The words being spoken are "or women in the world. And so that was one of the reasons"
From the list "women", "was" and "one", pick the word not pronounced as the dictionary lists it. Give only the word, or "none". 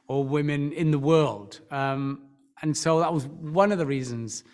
none